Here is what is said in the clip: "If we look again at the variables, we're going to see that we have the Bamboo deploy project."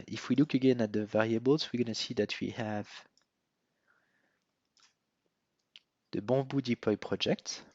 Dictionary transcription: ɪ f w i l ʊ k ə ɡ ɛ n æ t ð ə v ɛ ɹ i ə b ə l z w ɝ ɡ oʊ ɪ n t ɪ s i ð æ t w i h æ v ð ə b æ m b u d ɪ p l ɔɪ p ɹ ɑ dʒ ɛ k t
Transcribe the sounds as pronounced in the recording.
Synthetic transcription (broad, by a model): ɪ f w i l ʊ k ə ɡ ɛ n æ t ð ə v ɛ ɹ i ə b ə l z w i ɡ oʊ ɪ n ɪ s i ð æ t w i h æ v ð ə b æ b u d ɪ p l ɔɪ p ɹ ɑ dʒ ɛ k t